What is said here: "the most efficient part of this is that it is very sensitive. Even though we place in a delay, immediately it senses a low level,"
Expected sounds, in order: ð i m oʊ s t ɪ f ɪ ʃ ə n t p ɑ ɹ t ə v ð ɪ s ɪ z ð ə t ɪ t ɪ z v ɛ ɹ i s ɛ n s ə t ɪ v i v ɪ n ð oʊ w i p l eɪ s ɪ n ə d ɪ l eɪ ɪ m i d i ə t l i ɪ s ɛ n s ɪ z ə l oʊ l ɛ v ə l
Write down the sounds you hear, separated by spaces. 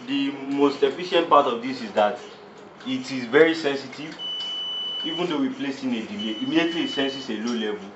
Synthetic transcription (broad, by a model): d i m oʊ s t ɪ f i ʃ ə n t p ɑ t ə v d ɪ s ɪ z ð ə t ɪ t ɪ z v ɛ ɹ i s ɛ n s ə t ɪ v i v ɪ n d oʊ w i p l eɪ s ɪ n ə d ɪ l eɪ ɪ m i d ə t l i ɪ s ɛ n s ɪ s ə l oʊ l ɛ v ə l